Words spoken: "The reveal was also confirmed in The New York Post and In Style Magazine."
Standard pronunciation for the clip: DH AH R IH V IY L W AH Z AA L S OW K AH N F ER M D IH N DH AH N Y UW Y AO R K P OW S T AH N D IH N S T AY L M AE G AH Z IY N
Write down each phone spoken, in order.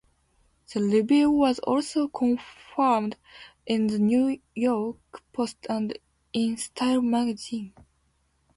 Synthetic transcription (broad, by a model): DH AH L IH B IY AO W AH Z AA L S OW K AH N F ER M D IH N DH AH N Y UW Y AO R K P OW S T AH N D IH N S T AY L M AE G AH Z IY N